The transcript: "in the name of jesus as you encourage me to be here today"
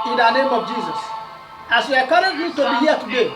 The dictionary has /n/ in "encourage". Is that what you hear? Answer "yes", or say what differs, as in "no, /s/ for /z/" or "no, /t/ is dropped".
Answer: no, /n/ is dropped